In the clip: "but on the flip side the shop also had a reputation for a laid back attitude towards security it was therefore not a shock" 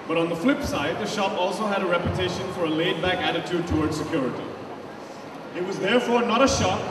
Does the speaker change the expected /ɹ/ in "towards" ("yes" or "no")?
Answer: no